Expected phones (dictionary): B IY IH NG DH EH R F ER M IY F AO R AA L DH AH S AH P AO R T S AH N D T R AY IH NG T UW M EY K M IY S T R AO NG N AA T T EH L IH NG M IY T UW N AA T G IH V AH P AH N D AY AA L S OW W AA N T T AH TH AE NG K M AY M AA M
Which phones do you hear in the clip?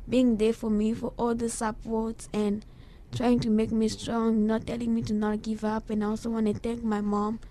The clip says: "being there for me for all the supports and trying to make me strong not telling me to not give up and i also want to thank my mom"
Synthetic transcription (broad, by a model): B IY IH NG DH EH F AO M IY F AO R AA L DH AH S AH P AO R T S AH N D T R AY IH NG T UW M EY K M IY S T R AO NG N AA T T EH L IH NG M IY T UW N AA T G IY V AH P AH N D AY AA L S OW W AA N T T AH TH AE NG K M AY M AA M